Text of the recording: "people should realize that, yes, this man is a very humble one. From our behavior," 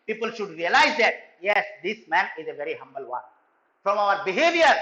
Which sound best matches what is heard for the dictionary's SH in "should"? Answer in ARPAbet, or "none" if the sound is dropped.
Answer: SH